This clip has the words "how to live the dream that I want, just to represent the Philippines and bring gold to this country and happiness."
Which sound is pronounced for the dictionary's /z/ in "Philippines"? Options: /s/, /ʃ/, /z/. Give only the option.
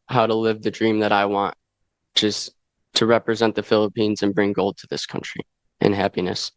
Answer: /z/